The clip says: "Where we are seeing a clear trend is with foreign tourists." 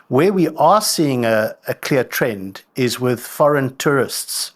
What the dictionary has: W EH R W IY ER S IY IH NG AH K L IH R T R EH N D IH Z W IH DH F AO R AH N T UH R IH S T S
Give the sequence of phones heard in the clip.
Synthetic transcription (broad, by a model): W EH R W IY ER S IY IH NG AH K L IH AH T R EH N D IH Z W IH DH F AO R AH N T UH R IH S T S